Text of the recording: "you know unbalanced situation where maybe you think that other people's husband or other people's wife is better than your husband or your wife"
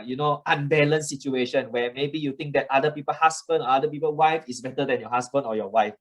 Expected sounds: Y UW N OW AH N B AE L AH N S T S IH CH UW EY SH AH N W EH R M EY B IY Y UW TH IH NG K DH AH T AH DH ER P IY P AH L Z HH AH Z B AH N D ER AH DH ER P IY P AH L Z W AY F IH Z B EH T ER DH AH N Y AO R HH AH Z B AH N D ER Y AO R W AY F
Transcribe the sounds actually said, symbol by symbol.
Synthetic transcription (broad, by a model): Y UW N OW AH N B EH L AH N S S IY CH UW EY SH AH N W EH M EY B IY Y UW T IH NG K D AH T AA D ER P IY P AH L HH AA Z B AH N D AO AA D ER P IY P AH L W AY F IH S B EH T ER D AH N Y AO HH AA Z B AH N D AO Y AO W AY F